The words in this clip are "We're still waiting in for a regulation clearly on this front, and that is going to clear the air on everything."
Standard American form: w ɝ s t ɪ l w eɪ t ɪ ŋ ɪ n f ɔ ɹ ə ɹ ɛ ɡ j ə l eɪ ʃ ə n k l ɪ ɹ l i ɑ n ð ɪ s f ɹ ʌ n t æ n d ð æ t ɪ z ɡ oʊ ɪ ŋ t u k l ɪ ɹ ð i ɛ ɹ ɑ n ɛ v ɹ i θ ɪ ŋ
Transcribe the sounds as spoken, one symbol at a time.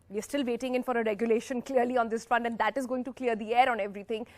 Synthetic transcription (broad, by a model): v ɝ s t ɪ l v eɪ t ɪ ŋ ɪ n f ɔ ɹ ə ɹ ɛ ɡ j ə l eɪ ʃ ə n k l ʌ ɹ l i ɑ n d ɪ s f ʌ n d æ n d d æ t ɪ z ɡ oʊ ɪ ŋ t u k l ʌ ɹ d i ɛ ɹ ɑ n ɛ v ɹ i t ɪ ŋ